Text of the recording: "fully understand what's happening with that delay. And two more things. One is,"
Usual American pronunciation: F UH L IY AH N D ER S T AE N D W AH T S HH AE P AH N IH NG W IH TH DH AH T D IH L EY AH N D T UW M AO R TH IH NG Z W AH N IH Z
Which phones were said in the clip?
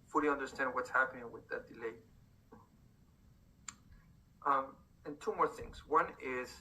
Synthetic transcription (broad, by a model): F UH L IY AH N D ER S T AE N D W AH T S HH AE P AH N IH NG W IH DH AH T D IH L EY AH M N T UW M AO R TH IH NG Z W AH N IH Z